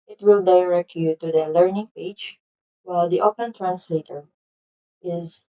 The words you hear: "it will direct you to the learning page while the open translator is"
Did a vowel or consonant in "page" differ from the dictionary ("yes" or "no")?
yes